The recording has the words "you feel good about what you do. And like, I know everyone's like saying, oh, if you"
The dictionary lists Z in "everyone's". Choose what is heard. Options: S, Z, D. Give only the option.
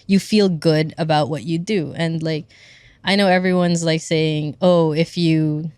Z